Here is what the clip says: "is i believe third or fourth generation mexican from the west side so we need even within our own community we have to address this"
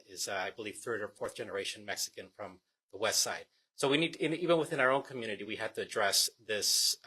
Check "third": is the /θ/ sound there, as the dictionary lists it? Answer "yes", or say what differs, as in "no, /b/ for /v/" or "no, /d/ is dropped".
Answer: yes